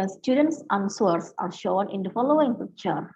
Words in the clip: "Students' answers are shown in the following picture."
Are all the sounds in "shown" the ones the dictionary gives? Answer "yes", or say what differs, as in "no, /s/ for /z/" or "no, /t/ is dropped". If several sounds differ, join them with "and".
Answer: yes